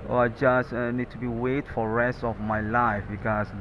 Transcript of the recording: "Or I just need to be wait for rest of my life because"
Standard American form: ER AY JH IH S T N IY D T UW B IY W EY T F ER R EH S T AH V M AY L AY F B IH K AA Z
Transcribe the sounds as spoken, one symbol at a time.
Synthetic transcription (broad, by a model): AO AY JH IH S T N IY D T UW B IY W EY T F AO R EH S T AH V M AY L AY F B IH K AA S